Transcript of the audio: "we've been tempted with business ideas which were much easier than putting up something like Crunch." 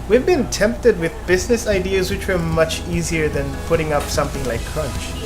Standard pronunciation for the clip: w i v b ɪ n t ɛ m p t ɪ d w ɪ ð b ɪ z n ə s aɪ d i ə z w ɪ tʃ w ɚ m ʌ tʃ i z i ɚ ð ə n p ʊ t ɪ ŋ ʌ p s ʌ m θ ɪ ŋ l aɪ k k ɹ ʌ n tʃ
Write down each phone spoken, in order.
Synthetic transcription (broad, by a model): w i v b ɪ n t ɛ m p t ɪ d w ɪ ð b ɪ z n ə s aɪ d i ə z w ɪ tʃ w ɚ m ʌ tʃ i z i ɚ ð ə n p ʊ t ɪ ŋ ʌ p s ʌ m θ ɪ ŋ l aɪ k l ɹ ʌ n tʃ